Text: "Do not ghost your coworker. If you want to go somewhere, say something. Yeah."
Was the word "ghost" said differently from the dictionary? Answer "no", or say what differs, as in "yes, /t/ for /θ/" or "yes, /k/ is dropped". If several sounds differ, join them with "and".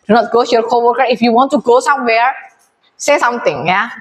yes, /s/ is dropped